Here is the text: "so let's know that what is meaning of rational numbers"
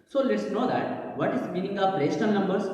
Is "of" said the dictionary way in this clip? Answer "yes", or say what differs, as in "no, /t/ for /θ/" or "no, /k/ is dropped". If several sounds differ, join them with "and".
no, /p/ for /v/